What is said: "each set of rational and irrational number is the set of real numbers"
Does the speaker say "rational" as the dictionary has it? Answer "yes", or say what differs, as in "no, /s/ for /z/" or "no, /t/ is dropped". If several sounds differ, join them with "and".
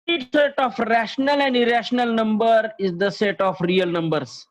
yes